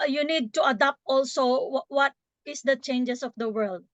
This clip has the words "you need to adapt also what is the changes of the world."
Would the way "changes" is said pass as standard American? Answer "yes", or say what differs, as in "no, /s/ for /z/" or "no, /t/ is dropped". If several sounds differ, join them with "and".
no, /s/ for /z/